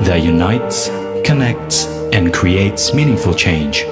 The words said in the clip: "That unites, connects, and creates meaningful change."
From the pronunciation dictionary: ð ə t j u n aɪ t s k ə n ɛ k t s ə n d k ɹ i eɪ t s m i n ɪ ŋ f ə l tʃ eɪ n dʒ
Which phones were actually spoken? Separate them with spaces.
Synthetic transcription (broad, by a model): ð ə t j u n aɪ t s k ə n ɛ k t s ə n k ɹ i eɪ t s m i n ɪ ŋ f ə l tʃ eɪ n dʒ